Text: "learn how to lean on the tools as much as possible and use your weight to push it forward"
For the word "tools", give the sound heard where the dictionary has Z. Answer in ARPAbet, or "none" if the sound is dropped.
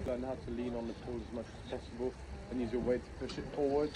none